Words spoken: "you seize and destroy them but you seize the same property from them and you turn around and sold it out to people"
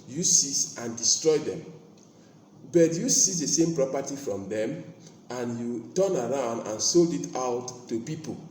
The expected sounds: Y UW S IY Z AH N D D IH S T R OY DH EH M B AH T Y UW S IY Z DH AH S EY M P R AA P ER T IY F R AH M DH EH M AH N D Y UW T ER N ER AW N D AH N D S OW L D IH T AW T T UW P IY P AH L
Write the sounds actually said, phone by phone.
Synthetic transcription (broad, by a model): Y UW S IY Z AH N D D IH S T R OY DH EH M B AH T Y UW S IY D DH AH S EY M P R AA P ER T IY F R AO M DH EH M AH N Y UW T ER N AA AW N D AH N S OW L D IH T AW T T UW P IY P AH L